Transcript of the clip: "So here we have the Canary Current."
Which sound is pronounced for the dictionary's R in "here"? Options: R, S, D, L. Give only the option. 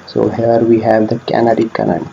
R